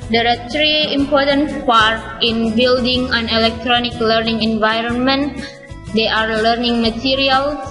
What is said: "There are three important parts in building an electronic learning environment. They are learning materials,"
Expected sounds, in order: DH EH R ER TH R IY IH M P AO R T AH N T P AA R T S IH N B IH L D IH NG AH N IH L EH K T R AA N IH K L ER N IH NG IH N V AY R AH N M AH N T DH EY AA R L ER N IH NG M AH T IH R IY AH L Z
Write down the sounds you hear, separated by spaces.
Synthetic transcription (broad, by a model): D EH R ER T R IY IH M P AO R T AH N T P AA R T IH N B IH L D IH NG AH N IH L EH K T R AA N IH K L ER N IH NG IH N V AY R AH N M AH N T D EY AA R L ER N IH NG M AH T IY R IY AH L